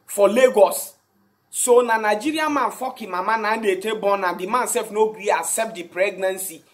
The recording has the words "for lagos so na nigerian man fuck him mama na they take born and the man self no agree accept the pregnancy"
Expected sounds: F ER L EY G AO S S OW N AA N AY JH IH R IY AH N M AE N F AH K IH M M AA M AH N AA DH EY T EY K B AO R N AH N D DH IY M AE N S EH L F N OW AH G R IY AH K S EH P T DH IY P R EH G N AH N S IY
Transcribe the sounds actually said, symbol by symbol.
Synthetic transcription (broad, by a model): F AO L EY G AO S S OW N AA N AY JH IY R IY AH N M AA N F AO K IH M M AA M AH N AA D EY T EY B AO N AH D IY M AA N S EH L F N OW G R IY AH S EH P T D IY P R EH G N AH N S IY